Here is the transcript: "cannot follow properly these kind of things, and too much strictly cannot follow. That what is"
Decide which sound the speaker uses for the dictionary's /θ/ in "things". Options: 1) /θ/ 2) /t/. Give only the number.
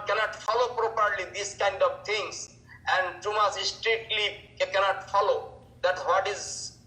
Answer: 2